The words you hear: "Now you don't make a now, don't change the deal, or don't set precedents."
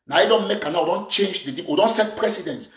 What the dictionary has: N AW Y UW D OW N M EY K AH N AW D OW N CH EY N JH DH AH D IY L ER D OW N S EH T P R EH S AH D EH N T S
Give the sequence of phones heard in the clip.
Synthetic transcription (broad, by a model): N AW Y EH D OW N M EY K AH N AW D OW N CH EY N JH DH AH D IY W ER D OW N S EH T P R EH S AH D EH N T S